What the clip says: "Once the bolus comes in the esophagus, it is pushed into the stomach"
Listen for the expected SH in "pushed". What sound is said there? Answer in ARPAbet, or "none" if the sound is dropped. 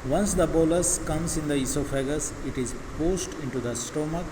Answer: S